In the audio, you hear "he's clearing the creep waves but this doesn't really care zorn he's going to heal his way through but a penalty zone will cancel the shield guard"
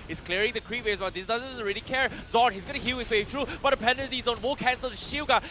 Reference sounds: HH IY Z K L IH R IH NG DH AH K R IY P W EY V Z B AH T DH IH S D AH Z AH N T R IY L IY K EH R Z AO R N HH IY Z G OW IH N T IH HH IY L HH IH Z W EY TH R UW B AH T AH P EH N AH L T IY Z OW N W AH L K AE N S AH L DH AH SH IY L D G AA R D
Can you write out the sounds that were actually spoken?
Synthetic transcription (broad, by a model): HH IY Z K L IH R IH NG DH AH K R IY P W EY Z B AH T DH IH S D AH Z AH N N R IY L IY K EH R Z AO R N HH IY Z G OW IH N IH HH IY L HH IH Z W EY T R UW B AH T AH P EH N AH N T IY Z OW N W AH K AE N S AH L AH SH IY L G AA